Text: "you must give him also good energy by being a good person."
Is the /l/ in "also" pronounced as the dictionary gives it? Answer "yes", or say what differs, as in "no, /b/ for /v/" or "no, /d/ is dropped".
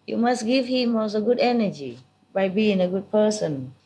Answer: no, /l/ is dropped